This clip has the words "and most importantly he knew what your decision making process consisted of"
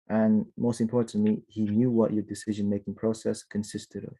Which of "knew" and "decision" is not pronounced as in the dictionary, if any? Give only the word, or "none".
none